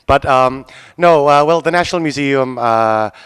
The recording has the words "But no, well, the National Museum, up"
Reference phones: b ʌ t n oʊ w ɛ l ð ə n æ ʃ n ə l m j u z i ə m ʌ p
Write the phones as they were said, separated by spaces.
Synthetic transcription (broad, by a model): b ʌ t n oʊ w ɛ l ð ə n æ ʃ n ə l m j u z i ə m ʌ